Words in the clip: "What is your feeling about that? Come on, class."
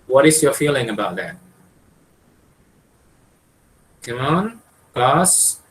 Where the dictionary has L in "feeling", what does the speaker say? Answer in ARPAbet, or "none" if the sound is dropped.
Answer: L